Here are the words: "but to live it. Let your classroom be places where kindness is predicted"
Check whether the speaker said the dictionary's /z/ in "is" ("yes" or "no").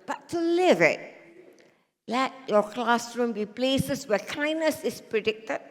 no